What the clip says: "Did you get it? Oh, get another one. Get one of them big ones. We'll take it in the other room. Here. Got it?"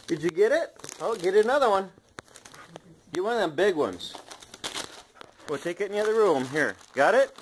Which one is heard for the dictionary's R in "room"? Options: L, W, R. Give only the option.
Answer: L